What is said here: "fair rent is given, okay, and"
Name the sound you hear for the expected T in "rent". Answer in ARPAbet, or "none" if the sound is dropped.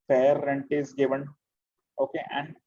T